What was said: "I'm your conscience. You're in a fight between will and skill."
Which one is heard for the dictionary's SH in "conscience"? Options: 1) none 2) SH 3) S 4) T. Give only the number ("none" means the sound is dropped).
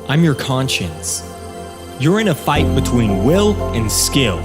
2